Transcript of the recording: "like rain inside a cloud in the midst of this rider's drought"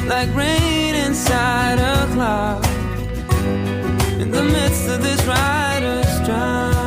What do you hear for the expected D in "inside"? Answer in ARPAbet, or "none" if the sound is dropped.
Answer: D